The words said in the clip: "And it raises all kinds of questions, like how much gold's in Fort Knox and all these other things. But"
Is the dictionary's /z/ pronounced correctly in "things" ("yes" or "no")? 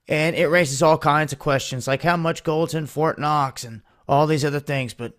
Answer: yes